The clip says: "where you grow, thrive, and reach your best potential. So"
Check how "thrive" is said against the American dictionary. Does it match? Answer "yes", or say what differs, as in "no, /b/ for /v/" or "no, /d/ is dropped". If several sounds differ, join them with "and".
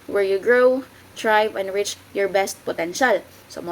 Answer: no, /t/ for /θ/